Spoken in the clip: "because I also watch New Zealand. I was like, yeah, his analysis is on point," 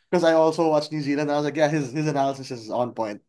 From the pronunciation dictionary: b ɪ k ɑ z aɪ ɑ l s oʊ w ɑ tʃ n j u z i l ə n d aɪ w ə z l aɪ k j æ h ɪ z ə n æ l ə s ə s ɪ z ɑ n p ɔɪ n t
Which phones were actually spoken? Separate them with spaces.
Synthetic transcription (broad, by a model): k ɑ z aɪ ɑ l s oʊ w ɑ tʃ n j u z i l ə n d aɪ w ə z l aɪ k j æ h ɪ z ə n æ l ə s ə s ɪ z ɑ n p ɔɪ n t